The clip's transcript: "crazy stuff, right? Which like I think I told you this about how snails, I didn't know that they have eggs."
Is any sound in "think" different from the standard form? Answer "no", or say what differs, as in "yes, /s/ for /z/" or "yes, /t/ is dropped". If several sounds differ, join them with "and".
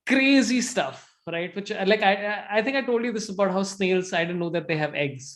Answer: yes, /t/ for /θ/